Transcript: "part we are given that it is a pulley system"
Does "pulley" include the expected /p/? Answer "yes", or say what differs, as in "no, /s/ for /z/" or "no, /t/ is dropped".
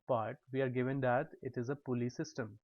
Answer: yes